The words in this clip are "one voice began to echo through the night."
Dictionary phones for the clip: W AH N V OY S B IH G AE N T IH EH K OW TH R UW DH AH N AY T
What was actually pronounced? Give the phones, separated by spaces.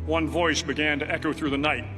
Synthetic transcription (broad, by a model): W AH N V OY S B IH G AE N T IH EH K OW TH R UW DH AH N AY T